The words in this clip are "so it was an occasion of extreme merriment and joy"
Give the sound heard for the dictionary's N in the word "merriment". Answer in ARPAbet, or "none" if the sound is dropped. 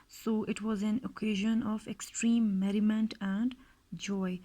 N